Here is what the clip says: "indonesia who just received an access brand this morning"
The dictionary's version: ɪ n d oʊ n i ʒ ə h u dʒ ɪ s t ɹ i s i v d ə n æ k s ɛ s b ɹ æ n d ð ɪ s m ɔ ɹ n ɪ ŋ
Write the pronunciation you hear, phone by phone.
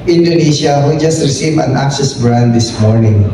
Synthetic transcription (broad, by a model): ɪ n d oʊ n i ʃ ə h u dʒ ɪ s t ɹ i s i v ə n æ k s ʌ s b ɹ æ n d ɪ s m ɔ ɹ n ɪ ŋ